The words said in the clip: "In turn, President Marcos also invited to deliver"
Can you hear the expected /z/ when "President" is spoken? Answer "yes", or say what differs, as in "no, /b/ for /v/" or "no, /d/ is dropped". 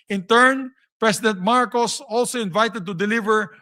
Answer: no, /s/ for /z/